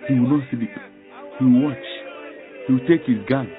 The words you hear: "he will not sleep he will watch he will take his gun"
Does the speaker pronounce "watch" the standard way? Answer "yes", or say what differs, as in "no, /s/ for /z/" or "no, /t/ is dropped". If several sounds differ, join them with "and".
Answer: yes